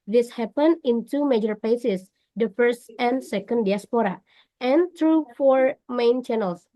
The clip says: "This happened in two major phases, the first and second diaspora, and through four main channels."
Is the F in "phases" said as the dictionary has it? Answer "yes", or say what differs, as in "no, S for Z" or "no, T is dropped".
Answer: no, P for F